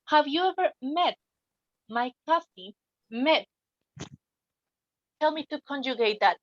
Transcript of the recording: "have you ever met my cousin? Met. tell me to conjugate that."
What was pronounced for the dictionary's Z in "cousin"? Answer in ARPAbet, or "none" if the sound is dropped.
S